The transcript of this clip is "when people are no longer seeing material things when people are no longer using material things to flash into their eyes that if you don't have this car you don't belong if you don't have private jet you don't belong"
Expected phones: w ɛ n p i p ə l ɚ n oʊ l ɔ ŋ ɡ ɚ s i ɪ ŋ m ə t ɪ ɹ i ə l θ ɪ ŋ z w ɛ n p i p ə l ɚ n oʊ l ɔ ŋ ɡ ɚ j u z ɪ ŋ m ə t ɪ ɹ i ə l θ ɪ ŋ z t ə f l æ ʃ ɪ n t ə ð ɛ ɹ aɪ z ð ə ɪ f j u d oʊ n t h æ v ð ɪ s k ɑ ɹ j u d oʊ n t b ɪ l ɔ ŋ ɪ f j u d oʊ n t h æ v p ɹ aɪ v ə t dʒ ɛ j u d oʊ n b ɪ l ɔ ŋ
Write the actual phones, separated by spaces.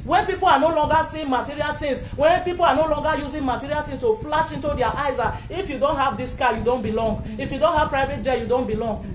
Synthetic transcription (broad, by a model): w ɛ n p i p ə l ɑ n oʊ l ɔ ŋ ɡ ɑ s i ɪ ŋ m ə t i ɹ i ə l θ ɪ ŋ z w ɛ n p i p ə l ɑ n oʊ l ɔ ŋ ɡ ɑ j u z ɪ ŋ m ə t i ɹ i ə l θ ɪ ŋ s t ə f l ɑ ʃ ɪ n t ə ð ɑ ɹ aɪ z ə ɪ f j u d oʊ n t h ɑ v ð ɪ s k ɑ j u d oʊ n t b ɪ l ɔ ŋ ɪ f j u d oʊ n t h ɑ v p ɹ aɪ v ə t dʒ ɛ j u d oʊ n b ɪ l ɔ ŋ